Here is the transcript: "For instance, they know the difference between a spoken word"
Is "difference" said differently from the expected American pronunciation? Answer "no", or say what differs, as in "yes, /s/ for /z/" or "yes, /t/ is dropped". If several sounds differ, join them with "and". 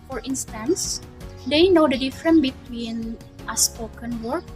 yes, /s/ is dropped